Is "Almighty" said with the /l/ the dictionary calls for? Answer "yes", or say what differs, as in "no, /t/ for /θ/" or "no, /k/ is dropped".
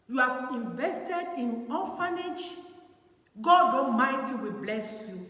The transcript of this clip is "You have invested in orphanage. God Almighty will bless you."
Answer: no, /l/ is dropped